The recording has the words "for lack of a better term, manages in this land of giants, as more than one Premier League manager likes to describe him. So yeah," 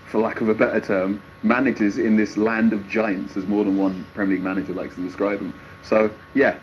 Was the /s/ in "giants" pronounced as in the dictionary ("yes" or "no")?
yes